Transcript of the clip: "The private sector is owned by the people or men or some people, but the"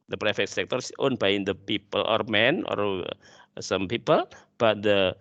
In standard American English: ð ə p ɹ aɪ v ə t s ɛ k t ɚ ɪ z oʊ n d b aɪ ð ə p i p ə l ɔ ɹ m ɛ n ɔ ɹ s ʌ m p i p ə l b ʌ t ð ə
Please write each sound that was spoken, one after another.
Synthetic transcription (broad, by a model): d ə p ɹ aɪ f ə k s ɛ k t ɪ s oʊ n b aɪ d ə p i p ə l ɔ ɹ m ɛ n ɔ ɹ s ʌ m p i p ə l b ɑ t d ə